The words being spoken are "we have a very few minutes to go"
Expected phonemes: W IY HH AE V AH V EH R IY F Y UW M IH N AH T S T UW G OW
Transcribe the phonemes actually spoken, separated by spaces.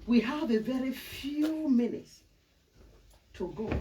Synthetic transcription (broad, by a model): W IY HH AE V AH V EH R IY F Y UW M IH N AH T S T UW G OW